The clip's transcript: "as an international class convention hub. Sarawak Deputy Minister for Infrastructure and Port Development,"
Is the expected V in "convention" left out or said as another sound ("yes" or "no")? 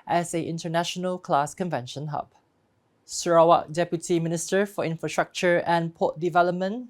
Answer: no